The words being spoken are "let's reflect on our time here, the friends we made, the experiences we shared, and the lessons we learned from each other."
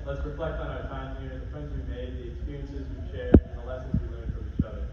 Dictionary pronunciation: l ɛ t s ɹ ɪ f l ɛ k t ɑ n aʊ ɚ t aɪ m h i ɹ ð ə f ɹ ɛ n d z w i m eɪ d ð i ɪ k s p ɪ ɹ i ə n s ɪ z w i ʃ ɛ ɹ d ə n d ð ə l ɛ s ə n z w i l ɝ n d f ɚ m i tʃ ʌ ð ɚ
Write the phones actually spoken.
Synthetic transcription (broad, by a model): l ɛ t s ɹ ɪ f l ɛ k t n aʊ ɚ t aɪ m h i ɹ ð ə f ɹ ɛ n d z w i m eɪ d ð i ɪ k s p ɪ ɹ i ə n s ɪ z w i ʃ ɛ ɹ ə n ð ə l ɛ s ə n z w i l ɝ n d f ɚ i tʃ ʌ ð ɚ